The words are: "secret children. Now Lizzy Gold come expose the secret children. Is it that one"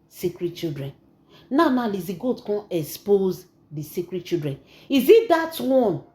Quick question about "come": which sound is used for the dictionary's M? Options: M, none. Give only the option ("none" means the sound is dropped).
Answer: none